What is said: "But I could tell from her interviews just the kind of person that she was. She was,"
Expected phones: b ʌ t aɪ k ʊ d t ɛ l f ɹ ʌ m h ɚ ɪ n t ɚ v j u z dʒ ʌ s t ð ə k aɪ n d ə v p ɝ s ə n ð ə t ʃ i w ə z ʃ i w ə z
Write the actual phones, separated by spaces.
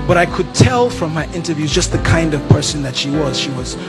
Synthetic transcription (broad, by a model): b ʌ t aɪ k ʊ d t ɛ l f ɹ ʌ m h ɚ ɪ n t ɚ v j u z dʒ ʌ s t ð ə k aɪ n d ə v p ɝ s ə n ð ə t ʃ i w ə z ʃ i w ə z